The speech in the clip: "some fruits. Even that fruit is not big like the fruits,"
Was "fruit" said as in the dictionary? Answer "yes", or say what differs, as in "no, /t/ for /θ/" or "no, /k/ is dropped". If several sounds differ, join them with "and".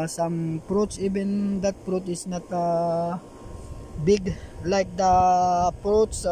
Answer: no, /p/ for /f/